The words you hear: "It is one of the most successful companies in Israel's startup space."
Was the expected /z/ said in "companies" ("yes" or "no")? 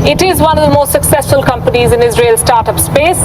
yes